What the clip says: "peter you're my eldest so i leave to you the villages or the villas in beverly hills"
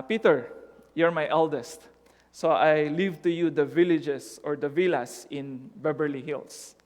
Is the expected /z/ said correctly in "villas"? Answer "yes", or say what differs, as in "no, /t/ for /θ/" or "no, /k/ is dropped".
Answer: no, /s/ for /z/